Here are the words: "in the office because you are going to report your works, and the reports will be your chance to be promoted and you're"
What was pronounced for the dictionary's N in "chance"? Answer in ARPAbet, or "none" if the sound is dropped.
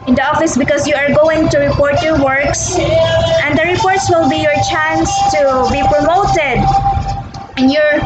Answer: N